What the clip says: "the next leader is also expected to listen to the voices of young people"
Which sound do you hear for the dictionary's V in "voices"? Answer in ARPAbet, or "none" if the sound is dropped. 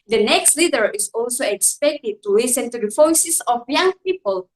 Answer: F